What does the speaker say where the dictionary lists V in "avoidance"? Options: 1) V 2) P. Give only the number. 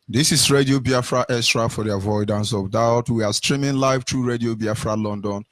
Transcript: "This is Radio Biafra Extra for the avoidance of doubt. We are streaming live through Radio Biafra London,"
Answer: 1